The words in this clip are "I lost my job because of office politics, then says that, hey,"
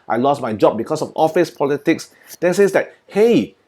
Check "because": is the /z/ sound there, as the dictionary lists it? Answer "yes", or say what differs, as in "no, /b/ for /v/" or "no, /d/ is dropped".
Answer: no, /s/ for /z/